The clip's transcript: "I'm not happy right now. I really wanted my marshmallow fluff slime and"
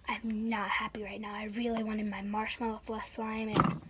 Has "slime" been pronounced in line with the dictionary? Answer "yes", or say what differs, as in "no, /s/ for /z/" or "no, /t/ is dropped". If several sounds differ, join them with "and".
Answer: yes